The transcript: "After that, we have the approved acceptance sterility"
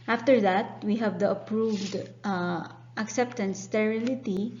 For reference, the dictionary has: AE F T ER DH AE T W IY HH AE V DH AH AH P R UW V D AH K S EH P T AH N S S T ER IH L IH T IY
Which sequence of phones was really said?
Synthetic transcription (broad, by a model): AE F T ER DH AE T W IY HH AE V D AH AH P R UW V D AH K S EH P T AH N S S T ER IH L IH T IY